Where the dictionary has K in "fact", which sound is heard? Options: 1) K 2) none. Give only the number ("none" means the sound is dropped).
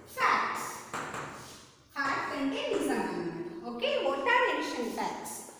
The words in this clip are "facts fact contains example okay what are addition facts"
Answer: 2